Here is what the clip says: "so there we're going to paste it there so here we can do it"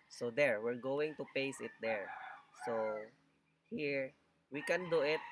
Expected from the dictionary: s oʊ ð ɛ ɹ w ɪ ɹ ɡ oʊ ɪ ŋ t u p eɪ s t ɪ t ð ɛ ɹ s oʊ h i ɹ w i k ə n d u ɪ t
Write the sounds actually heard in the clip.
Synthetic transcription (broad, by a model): s oʊ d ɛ ɹ w ɪ ɹ ɡ oʊ ɪ ŋ t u p eɪ s ɪ t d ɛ ɹ s oʊ h i ɹ w i k ə n d u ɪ t